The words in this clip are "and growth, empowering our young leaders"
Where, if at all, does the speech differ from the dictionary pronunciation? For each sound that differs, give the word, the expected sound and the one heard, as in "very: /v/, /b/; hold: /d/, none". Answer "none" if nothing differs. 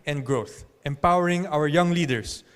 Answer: none